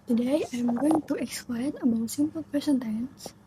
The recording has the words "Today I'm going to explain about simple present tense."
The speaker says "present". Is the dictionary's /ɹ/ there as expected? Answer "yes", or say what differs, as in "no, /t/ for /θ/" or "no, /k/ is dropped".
no, /ɹ/ is dropped